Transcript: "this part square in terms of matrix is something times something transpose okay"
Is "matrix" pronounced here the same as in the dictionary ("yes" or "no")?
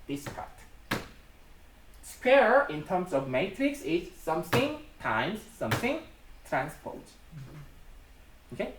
yes